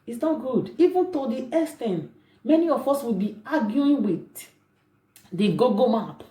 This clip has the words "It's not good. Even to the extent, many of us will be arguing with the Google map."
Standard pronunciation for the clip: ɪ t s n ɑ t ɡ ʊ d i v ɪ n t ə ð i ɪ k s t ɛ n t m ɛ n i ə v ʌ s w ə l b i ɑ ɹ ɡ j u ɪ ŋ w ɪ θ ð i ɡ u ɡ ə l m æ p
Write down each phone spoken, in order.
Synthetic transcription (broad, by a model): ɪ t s n ɑ t ɡ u d i v ɪ n t ə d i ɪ s t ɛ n m ɛ n i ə f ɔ s w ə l b i ɑ ɡ j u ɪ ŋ w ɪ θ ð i ɡ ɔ ɡ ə m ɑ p